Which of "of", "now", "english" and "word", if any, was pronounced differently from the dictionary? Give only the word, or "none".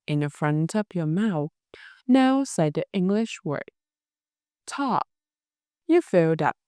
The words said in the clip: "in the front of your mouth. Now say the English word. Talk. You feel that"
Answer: of